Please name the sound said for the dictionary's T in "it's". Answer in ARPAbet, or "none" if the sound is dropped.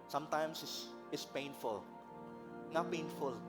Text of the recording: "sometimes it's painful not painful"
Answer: S